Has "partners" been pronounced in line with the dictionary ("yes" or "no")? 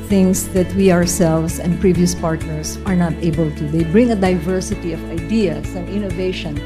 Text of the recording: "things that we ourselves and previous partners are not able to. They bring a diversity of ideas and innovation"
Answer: no